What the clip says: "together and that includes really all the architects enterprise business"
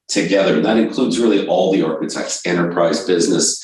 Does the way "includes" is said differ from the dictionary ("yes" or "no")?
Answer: no